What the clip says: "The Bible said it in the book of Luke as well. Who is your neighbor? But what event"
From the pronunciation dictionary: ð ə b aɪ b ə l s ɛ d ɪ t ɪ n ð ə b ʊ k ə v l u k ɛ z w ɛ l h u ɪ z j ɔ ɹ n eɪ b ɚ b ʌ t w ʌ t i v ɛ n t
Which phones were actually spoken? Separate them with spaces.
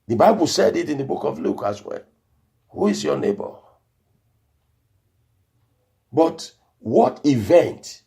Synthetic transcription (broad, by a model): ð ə b aɪ b ə l s ɛ d ɪ t ɪ n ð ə b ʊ k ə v l u k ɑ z w ɛ l h u ɪ z j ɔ n eɪ b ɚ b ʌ t w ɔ t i v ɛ n t